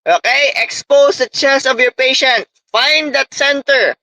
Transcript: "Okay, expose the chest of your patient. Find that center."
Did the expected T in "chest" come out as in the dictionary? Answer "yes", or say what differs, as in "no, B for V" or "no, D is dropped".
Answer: no, T is dropped